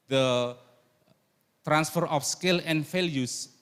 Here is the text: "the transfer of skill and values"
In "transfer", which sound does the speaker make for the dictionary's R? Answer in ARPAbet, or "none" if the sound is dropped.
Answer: R